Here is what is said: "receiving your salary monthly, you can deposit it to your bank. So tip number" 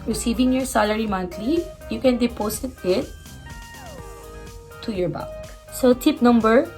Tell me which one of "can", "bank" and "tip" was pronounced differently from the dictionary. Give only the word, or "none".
bank